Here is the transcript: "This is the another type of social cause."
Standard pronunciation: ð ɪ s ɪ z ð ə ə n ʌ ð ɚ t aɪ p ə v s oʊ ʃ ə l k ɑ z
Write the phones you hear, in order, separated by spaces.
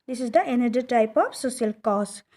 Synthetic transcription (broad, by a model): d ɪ s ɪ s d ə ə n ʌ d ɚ t aɪ p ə f s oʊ s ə l k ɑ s